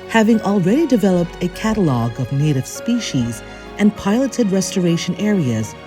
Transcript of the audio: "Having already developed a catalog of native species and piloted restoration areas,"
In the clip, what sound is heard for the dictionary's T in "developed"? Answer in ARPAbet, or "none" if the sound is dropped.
T